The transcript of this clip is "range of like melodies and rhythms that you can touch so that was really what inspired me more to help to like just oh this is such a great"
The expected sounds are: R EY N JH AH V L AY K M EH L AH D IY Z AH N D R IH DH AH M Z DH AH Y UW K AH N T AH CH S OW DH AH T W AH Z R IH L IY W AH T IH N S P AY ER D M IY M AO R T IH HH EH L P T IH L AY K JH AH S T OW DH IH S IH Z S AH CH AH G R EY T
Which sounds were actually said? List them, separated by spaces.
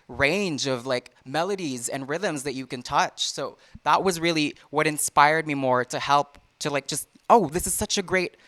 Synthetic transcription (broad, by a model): R EY N JH AH V L AY K M EH L AH D IY Z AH N R IH DH AH M Z DH AH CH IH K AH N T AH CH S OW DH AH T W AH Z R IH L IY W AH T IH N S P AY ER D M IY M AO R T IH HH EH L P T IH L AY K JH AH S T OW DH IH S IH Z S AH CH AH G R EY T